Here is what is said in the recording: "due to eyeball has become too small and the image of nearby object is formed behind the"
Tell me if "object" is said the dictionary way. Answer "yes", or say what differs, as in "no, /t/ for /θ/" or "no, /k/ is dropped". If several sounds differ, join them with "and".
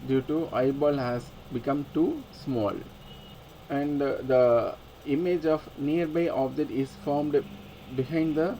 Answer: no, /k/ is dropped